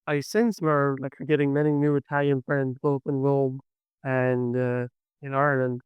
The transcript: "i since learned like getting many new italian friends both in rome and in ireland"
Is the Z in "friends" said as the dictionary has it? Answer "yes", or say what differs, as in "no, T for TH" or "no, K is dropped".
yes